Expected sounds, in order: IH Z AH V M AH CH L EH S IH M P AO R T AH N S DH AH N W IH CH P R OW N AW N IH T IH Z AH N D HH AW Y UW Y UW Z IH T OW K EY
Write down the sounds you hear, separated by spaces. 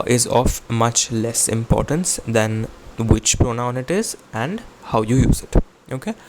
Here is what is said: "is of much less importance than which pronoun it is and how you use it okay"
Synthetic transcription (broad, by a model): IH Z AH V M AH CH L EH S IH M P AO R T AH N S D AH N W IH CH P R OW N AW N IH T IH Z AH N D HH AW Y UW Y UW Z IH T OW K EY